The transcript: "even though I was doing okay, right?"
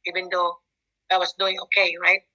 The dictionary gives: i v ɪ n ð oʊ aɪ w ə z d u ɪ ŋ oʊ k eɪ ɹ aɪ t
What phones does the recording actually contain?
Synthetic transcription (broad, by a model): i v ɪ n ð oʊ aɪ w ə s d u ɪ ŋ oʊ k eɪ ɹ aɪ t